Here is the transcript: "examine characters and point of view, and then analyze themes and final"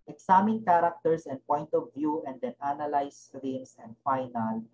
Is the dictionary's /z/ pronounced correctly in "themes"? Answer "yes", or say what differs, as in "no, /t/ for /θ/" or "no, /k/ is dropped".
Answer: no, /s/ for /z/